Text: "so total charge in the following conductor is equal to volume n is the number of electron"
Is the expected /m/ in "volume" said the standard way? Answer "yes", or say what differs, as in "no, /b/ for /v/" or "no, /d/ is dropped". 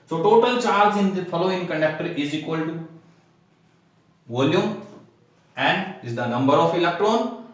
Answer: no, /m/ is dropped